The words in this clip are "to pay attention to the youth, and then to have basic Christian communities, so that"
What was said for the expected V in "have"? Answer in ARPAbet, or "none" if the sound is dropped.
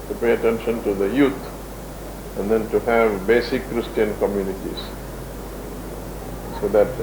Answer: V